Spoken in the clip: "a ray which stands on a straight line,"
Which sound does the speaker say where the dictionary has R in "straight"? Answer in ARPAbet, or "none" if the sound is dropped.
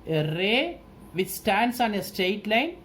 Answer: none